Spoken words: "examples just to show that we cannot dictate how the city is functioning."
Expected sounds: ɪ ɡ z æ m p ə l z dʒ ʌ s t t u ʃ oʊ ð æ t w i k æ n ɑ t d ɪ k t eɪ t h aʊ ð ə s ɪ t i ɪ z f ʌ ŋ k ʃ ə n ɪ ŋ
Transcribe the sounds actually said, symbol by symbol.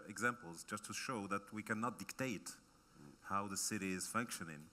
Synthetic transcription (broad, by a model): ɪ ɡ z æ m p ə l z dʒ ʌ s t t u ʃ oʊ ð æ t w i k æ n ɑ t d ɪ k t eɪ t h aʊ ð ə s ɪ t i ɪ z f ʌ ŋ k ʃ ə n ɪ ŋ